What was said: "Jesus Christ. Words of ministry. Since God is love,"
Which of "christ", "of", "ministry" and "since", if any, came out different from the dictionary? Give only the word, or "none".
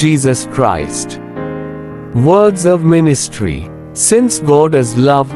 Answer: none